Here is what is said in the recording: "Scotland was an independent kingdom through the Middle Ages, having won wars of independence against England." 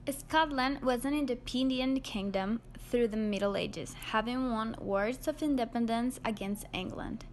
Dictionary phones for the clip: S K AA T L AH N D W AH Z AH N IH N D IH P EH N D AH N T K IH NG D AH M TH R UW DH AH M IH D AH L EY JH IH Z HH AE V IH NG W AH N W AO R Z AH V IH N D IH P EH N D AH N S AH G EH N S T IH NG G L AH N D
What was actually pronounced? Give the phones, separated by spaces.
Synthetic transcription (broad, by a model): S K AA T L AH N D W AH Z AH N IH N D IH P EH N D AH N K IH NG D AH M TH R UW DH AH M IH D L EY JH IH Z HH AE V IH NG W AH N W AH R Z AH V IH N D IH P EH N D AH N S AH G EH N S T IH NG G L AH N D